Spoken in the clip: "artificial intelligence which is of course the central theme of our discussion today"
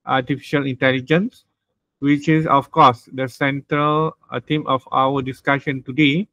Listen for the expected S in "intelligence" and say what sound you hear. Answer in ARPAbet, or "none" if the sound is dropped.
S